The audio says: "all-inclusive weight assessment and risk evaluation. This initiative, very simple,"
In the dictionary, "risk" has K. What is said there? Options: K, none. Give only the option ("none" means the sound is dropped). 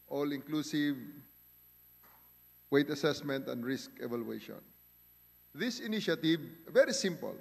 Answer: K